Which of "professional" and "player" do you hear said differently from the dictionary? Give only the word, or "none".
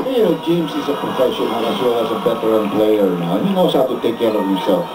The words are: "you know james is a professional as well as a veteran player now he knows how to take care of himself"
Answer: professional